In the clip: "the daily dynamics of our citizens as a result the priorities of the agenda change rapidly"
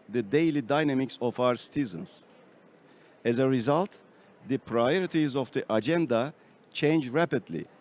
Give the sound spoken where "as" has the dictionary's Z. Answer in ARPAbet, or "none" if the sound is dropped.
Z